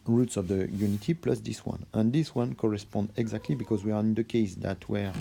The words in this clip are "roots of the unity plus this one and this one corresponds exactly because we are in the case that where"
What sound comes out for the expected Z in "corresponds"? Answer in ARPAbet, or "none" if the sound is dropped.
none